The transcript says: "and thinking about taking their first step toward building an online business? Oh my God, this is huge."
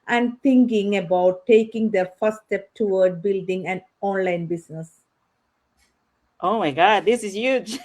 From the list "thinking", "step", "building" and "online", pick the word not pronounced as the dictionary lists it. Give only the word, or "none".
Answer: thinking